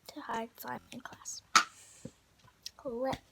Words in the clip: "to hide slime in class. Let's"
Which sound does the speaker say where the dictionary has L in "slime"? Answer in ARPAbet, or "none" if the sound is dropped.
none